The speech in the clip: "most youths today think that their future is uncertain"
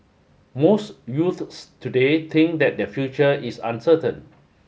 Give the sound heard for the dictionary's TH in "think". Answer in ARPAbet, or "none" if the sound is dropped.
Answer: T